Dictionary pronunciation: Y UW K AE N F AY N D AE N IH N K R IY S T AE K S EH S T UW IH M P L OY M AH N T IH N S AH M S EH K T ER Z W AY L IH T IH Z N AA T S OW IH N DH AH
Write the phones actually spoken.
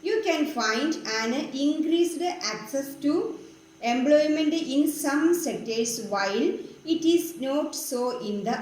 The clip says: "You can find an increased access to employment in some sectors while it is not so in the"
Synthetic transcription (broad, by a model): Y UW K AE N F AY N D AE N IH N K R IY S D AE K S EH S T UW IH M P L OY M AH N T IH N S AH M S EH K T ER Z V AY L IH T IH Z N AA T S OW IH N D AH